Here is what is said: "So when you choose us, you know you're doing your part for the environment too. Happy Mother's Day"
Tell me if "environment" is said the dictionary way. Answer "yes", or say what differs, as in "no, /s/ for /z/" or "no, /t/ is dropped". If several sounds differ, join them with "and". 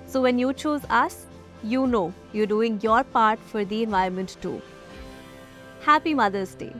no, /ɹ/ is dropped